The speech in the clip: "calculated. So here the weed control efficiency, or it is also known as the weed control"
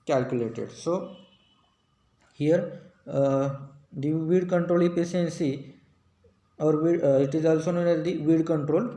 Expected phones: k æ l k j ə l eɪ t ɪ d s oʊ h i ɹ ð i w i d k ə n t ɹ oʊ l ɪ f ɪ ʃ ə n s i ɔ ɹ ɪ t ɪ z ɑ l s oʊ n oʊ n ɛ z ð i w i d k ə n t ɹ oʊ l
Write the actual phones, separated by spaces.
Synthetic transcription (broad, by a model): k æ l k j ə l eɪ t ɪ d s oʊ h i ɹ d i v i d k ə n t ɹ oʊ l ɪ p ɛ s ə n s i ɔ ɹ ɪ t ɪ z ɑ l s oʊ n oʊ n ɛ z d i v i d k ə n t ɹ oʊ l